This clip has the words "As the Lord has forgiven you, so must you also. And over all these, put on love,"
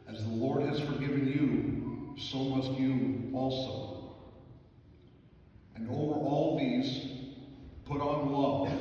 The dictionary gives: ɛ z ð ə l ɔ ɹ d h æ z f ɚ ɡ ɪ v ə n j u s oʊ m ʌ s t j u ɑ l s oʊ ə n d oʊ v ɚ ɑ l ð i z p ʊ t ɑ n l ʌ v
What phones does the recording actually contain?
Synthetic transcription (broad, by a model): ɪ z ð ə l ɔ ɹ d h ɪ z f ɚ ɡ ɪ v ə n j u s oʊ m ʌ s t j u ɑ l s oʊ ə n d oʊ v ɚ ɑ l ð i z p ʊ t n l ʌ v